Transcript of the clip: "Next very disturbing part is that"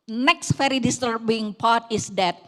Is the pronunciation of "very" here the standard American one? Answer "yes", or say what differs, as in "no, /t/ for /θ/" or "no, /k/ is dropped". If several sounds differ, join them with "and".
no, /f/ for /v/